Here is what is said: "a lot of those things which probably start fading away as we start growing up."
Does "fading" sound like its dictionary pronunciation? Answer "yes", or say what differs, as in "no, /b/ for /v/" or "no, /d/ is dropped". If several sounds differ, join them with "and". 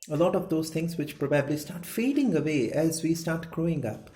yes